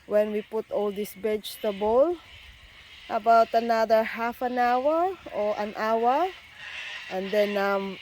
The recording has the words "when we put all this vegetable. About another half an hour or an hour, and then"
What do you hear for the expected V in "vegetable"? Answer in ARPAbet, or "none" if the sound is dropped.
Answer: B